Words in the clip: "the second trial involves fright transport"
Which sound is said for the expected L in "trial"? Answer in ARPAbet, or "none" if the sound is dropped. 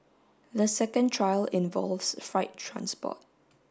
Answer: L